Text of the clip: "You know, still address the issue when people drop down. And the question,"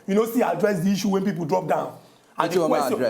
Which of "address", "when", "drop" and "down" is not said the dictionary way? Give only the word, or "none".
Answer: none